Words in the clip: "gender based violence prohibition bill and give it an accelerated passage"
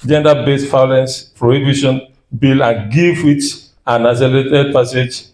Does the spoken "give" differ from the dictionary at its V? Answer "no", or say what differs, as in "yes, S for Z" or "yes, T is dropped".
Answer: yes, F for V